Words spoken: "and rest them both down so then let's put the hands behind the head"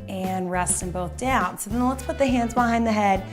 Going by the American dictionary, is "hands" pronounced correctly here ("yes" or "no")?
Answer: yes